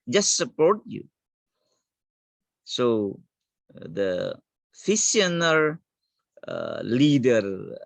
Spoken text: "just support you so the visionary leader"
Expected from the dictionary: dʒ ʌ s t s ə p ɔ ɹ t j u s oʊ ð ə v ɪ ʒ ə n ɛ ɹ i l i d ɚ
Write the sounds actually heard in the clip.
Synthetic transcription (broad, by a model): dʒ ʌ s t s ə p ɔ ɹ t j u s oʊ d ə f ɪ s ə n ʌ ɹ l i d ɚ